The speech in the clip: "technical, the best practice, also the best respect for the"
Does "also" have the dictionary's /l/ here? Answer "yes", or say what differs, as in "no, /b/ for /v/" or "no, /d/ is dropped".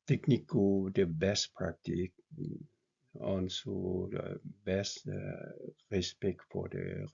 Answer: no, /n/ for /l/